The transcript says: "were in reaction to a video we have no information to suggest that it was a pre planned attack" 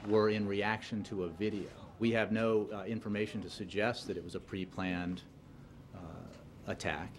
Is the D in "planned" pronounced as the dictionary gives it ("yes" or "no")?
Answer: yes